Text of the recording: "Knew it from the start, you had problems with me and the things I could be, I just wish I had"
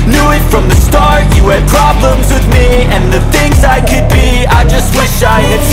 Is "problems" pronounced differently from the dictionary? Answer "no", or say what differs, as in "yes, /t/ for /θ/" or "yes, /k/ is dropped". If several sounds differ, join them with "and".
no